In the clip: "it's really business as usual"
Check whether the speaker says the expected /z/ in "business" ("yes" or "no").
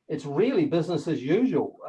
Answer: yes